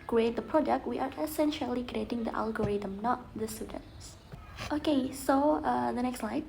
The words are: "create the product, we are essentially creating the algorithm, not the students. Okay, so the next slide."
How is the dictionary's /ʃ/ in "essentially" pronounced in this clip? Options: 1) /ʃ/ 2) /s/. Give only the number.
1